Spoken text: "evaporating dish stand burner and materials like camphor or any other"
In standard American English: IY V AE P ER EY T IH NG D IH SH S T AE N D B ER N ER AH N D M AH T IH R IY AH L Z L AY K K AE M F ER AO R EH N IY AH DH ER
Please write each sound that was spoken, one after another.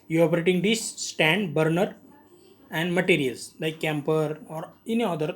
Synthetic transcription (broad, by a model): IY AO P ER EY T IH NG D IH S T AE N D B ER N ER AH N D M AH T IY R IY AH L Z L AY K K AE M P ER AO R EH N IY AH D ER